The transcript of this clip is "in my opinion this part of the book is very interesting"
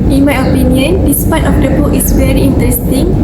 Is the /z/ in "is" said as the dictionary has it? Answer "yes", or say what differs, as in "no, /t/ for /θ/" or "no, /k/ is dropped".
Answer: no, /s/ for /z/